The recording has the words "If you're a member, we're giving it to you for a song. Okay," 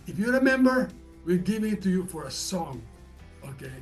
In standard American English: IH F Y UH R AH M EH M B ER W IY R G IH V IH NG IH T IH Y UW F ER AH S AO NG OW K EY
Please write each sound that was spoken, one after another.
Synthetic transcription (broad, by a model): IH F Y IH R AH M EH M B ER W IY L G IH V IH IH T IH Y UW F ER AH S AO NG OW K EY